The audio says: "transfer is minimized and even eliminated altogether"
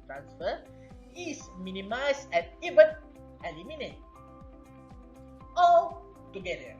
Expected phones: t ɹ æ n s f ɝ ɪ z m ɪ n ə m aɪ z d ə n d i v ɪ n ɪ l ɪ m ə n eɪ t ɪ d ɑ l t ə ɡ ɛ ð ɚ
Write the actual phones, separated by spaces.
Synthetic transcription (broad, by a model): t ɹ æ n s f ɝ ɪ s m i n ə m aɪ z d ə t i v ɪ n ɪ l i m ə n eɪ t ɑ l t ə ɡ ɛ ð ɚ